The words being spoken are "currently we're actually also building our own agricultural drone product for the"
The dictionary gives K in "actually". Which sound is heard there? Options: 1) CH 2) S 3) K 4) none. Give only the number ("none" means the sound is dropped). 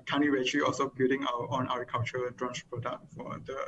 4